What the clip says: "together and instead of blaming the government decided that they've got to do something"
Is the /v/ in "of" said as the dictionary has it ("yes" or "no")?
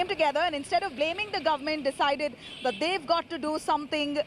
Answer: yes